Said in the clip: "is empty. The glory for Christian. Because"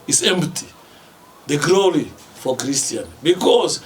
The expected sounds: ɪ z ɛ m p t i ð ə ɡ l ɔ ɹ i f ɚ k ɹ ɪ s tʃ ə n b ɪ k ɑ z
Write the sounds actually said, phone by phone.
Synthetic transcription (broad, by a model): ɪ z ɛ m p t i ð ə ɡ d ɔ l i f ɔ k ɹ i s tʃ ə n b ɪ k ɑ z